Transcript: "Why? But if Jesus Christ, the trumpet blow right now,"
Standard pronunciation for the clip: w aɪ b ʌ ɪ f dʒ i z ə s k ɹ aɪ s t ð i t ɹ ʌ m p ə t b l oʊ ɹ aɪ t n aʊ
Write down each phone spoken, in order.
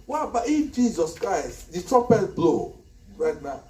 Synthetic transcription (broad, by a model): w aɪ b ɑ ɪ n dʒ i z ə s k ɹ aɪ s t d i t ɹ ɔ p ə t b l oʊ ɹ aɪ t n aʊ